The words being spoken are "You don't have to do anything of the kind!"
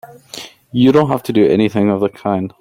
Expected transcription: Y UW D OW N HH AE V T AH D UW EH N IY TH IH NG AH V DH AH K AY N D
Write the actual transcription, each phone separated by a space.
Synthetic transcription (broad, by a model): Y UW D OW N HH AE F T AH D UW EH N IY TH IH NG AH V DH AH K AY N D